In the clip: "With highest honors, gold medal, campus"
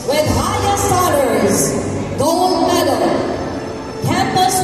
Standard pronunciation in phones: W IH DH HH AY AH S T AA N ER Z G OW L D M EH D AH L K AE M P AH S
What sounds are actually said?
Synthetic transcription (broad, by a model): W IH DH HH AY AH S AA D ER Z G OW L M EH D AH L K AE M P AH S